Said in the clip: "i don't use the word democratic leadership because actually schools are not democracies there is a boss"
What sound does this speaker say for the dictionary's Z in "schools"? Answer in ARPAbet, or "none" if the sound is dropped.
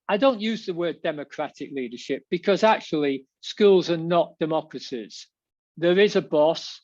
Z